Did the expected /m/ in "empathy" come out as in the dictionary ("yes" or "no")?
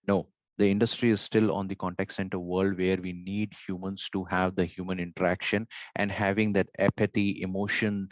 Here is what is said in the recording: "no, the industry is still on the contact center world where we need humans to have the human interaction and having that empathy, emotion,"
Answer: no